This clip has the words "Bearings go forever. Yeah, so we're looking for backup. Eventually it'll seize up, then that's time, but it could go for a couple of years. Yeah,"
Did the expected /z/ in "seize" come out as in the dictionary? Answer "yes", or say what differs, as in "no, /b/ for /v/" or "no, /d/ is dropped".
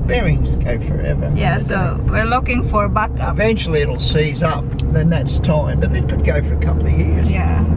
yes